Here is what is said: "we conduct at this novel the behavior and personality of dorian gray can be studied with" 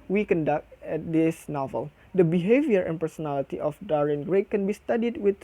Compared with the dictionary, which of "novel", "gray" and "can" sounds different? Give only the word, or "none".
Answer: none